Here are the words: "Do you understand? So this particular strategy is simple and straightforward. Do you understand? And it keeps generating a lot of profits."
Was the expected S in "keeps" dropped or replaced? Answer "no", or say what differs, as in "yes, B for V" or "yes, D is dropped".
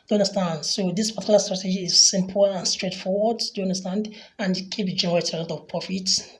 yes, S is dropped